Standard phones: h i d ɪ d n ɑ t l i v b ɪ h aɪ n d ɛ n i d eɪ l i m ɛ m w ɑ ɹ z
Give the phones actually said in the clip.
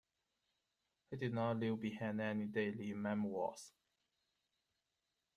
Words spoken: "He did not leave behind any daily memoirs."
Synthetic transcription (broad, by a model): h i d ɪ n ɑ l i w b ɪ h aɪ n ɛ n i d eɪ l i m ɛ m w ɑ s